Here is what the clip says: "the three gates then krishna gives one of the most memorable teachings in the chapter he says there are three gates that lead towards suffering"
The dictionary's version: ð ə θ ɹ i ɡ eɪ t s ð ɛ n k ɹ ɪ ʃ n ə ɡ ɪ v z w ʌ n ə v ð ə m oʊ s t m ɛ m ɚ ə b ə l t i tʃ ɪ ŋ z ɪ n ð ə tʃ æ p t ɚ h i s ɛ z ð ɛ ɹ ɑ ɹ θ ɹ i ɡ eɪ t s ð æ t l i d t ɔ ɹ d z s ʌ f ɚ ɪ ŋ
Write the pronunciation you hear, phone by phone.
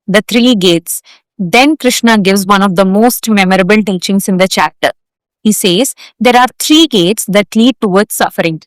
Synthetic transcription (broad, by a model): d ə t ɹ i ɡ eɪ t s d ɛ n k ɹ ɪ ʃ n ə ɡ ɪ v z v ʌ n ə v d ə m oʊ s t m ɛ m ɚ ə b ə l t i tʃ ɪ ŋ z ɪ n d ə tʃ æ p t ɚ h i s ɛ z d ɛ ɹ ɑ ɹ t ɹ i ɡ eɪ t s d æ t l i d t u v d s s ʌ f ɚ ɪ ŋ